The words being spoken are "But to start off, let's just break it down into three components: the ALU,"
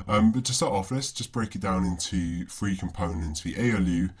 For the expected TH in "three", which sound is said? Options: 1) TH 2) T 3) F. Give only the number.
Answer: 3